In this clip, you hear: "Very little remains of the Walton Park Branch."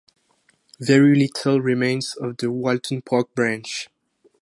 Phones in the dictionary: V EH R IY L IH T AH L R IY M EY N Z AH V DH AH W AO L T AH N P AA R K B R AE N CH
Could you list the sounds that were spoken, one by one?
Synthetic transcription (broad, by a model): V EH R IY L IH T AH L R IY M EY N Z AH V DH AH W AO L T AH N P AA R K B R AE N CH